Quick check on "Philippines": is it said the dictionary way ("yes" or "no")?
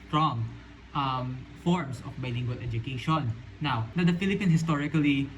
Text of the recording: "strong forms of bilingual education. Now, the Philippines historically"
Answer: no